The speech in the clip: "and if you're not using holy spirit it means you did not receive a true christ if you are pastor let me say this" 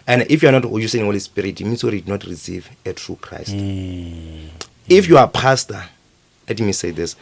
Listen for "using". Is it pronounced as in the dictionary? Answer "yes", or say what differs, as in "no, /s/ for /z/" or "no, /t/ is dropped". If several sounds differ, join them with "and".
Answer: no, /s/ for /z/